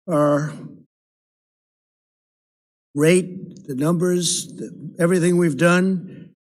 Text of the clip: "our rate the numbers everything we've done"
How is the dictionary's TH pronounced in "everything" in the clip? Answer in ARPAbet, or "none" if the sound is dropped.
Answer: TH